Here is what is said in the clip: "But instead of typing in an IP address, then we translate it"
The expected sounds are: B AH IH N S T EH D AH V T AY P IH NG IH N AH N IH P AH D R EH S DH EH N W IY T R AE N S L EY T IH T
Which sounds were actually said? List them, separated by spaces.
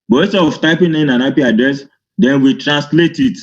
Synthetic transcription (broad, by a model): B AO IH S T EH AH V T AY P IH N IH N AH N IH P AH D R EH S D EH N W IY T R AE N S L EY T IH T